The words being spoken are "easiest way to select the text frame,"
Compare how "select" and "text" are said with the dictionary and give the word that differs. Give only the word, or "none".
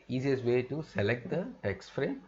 none